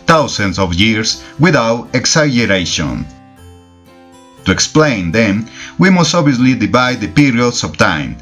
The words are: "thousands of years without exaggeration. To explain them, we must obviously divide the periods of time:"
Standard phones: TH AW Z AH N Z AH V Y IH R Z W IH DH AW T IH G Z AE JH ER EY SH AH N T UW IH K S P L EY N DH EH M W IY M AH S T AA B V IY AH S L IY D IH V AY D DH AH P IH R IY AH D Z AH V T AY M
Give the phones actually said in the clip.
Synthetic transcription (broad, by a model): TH AW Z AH N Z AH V Y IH R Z W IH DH AW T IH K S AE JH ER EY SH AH N T UW IH K S P L EY N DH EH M W IY M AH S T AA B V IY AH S L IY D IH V AY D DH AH P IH R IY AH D S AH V T AY M